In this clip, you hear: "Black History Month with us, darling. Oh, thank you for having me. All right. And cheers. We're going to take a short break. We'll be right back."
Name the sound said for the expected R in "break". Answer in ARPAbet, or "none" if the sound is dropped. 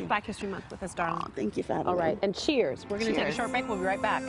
none